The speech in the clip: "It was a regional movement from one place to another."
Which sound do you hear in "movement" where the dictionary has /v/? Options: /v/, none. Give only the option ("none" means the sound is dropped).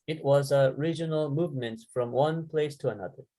/v/